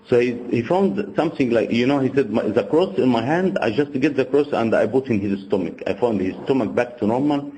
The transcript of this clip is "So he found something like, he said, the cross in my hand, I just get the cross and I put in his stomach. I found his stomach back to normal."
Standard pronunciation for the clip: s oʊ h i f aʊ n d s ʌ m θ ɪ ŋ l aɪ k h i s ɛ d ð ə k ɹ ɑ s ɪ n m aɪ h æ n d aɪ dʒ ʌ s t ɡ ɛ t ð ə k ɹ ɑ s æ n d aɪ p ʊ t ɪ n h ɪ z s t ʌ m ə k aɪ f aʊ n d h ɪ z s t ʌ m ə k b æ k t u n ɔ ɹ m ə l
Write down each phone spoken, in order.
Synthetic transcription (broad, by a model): s oʊ h i f aʊ n d s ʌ m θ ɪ ŋ l aɪ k h i s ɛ d ð ə k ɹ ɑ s ɪ n m aɪ h æ n d aɪ dʒ ʌ s t ɡ ɛ t ð ə k ɹ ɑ s æ n d aɪ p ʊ t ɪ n h ɪ z s t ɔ m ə k aɪ f aʊ n d h ɪ z s t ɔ m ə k b æ k t u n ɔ ɹ m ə l